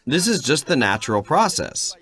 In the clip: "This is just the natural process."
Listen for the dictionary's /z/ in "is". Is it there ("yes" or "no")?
yes